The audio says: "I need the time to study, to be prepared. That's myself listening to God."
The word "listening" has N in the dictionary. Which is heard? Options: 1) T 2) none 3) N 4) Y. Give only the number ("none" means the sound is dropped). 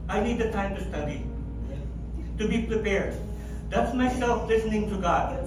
3